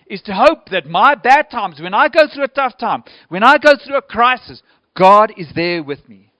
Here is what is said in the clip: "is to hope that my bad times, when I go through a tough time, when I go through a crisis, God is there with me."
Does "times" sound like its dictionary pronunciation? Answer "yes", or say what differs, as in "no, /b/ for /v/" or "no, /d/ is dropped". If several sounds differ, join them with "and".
yes